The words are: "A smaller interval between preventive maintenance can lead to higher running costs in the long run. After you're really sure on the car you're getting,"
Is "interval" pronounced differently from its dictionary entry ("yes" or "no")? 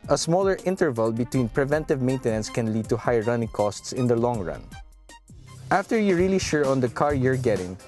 no